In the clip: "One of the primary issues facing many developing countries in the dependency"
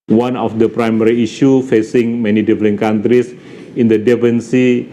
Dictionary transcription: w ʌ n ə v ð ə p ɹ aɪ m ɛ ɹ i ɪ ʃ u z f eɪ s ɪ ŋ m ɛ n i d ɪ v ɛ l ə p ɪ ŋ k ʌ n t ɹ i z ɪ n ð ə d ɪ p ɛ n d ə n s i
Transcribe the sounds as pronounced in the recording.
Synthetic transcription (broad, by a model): w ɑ n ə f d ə p ɹ aɪ m ɛ ɹ i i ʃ u f eɪ s ɪ ŋ m ɛ n i d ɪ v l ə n k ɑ n t ɹ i s ɪ n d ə d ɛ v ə n s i